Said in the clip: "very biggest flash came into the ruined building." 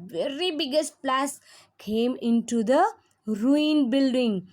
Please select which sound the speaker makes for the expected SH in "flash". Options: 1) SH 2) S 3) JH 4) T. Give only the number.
2